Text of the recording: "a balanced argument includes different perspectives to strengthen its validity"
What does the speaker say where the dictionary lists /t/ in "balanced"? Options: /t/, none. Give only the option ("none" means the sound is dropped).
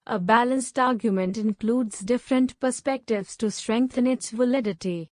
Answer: /t/